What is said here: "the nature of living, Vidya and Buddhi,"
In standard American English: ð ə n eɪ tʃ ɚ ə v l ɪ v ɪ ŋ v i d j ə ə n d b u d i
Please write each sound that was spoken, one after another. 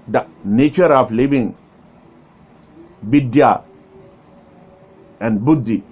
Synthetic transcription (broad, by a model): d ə n eɪ tʃ ɚ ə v l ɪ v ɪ ŋ b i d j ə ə n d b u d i